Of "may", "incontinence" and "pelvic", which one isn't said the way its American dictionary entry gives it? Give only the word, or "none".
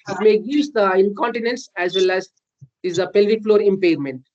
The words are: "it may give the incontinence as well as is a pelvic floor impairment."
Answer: none